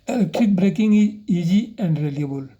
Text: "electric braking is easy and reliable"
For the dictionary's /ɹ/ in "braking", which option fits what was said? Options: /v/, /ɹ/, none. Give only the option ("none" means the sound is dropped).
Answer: /ɹ/